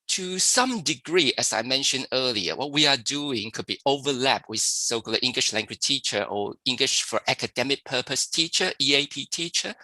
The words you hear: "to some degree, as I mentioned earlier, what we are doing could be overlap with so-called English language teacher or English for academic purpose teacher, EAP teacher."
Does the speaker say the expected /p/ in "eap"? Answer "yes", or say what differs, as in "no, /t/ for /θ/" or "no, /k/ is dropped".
yes